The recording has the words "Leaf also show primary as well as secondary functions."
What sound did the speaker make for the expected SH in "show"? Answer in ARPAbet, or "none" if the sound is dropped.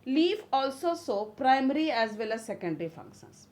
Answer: S